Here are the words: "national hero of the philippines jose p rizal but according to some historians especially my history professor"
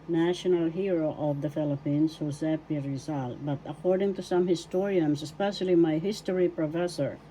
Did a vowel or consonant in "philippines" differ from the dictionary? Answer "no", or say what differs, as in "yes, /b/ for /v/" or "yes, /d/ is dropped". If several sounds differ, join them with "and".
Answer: yes, /s/ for /z/